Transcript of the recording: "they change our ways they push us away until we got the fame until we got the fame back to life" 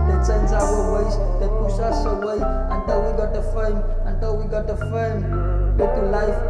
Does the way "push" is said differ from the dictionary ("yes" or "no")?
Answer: yes